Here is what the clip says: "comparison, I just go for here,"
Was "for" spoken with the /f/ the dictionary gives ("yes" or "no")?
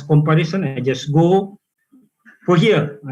no